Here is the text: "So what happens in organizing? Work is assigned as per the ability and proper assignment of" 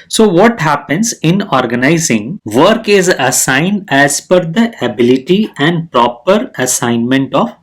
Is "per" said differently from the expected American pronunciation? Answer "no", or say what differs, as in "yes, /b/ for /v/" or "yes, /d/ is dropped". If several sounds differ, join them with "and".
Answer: yes, /f/ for /p/